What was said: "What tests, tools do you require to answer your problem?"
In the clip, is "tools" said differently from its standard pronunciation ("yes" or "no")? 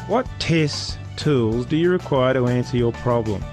no